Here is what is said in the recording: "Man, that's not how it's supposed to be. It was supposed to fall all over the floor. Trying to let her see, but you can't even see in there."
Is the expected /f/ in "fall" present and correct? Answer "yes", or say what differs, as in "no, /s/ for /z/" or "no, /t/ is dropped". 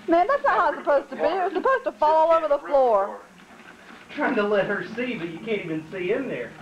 yes